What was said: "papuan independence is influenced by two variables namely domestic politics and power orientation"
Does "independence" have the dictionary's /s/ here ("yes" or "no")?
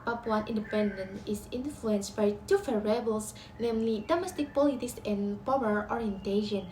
no